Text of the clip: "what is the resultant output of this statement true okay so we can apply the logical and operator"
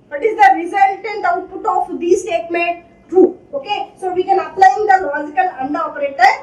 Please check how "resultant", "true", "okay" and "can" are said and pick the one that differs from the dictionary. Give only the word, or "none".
true